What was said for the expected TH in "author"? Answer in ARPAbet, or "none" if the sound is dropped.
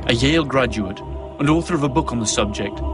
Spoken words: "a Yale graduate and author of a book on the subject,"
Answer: TH